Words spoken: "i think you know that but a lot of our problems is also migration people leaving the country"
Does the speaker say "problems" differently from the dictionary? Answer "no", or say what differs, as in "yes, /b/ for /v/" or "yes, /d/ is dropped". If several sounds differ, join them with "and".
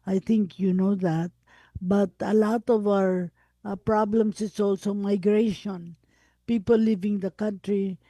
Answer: yes, /s/ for /z/